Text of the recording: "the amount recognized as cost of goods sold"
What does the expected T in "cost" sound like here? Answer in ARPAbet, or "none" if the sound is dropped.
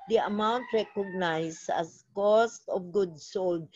T